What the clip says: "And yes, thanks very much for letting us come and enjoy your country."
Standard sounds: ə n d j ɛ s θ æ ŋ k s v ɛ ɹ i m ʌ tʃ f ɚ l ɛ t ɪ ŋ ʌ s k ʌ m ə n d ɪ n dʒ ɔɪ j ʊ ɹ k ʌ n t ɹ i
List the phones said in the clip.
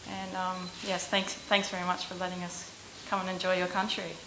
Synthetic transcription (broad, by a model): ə n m j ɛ s θ æ ŋ k s v ɛ ɹ i m ʌ tʃ f ɚ l ɛ t ɪ ŋ ʌ s k ʌ m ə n ɪ n dʒ ɔɪ j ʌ ɹ k ʌ n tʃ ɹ i